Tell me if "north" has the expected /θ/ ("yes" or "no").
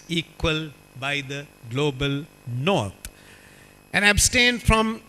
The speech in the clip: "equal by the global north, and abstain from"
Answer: no